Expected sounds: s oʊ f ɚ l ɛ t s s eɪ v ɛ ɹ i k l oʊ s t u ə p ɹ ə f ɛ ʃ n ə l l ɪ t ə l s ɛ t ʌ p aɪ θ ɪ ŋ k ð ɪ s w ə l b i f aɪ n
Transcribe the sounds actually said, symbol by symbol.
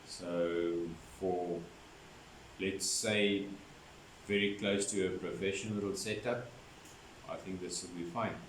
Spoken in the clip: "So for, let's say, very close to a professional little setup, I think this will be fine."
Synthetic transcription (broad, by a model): s oʊ f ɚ l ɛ t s s eɪ v ɛ ɹ i k l oʊ s t u ə p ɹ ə f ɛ ʃ ə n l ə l s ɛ t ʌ p aɪ θ ɪ ŋ k ð ɪ s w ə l b i f aɪ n